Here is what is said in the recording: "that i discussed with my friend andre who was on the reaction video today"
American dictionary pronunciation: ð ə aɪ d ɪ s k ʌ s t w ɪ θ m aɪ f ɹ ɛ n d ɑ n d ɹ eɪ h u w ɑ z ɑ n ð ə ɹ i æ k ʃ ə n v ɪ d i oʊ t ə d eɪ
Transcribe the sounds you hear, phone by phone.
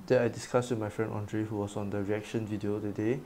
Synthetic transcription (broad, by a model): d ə aɪ d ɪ s k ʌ s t w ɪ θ m aɪ f ɹ ɛ n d ɑ n d ɹ eɪ h u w ɑ s ɑ n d ə ɹ i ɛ k ʃ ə n v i d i oʊ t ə d eɪ